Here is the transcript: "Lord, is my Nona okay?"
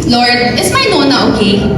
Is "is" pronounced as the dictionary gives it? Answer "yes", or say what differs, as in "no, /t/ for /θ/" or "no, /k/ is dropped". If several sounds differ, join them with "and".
no, /s/ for /z/